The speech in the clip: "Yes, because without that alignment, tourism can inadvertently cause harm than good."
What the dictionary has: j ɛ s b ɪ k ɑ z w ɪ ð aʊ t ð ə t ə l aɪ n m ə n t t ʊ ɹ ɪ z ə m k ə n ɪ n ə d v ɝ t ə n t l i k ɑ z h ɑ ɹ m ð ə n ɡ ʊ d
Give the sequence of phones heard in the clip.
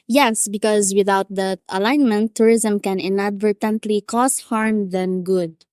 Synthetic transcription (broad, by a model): j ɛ s b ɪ k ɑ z w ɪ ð aʊ t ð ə t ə l aɪ n m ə n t t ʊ ɹ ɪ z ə m k ə n ɪ n ə d v ɝ t ə n t l i k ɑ s h ɑ ɹ m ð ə n ɡ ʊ d